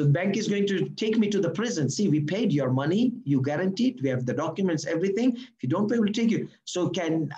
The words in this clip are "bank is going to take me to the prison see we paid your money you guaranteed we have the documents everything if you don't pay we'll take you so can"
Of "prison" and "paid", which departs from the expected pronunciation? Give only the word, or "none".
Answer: none